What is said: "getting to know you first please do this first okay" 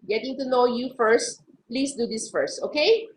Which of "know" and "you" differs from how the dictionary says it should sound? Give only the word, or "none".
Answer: none